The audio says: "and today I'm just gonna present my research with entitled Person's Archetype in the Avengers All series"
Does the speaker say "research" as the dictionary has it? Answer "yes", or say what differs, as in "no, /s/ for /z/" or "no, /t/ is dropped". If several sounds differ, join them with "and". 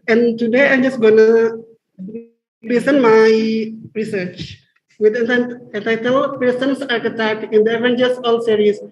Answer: yes